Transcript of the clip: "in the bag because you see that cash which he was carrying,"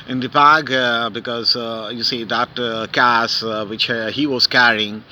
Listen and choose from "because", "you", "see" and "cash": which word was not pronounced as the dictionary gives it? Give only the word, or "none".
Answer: cash